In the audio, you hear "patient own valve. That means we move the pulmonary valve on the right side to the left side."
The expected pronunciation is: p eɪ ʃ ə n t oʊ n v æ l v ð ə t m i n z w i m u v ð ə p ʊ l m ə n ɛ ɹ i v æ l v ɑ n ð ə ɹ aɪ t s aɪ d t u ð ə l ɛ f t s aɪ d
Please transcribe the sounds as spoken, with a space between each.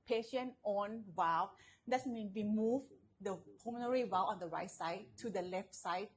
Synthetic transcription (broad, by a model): p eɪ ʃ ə n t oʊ n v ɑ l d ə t m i n w i m u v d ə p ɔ m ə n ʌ ɹ i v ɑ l ɑ n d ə ɹ aɪ t s aɪ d t u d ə l ɛ f t s aɪ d